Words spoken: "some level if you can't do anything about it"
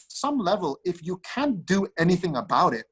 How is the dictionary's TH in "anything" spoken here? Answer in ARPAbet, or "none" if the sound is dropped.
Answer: TH